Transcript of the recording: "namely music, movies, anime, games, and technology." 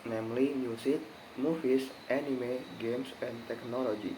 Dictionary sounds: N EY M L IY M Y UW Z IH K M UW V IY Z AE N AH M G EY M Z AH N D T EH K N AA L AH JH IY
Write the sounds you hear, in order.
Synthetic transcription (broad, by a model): N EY M L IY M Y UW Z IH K M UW F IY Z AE N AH M G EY M S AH N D T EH K N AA L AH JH IY